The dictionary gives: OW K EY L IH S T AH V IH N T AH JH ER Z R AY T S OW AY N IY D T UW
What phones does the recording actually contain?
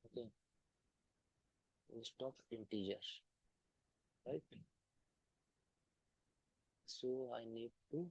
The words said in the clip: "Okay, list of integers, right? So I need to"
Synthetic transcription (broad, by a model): OW K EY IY S T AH P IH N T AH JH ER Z R AY T S OW AY N IY D T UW